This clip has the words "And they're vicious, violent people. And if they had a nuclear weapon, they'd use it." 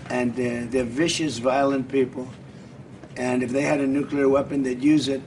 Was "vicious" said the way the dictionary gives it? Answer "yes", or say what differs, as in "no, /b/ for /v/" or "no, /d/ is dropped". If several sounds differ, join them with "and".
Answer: yes